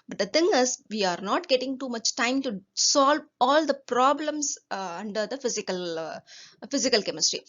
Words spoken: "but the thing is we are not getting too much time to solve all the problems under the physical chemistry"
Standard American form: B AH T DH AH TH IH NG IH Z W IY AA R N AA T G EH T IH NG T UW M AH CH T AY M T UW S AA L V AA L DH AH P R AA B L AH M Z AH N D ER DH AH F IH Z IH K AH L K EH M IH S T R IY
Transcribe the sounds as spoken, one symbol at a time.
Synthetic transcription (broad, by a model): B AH T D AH T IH NG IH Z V IY AA R N AA T G EH T IH NG T UW M AH CH T AY M T UW S AA L V AA L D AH P R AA B L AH M S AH N D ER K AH F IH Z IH K AH L K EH M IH S T R IY